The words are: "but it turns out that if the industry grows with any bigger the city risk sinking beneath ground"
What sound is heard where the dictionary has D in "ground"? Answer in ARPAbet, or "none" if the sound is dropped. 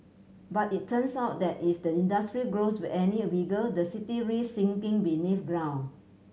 none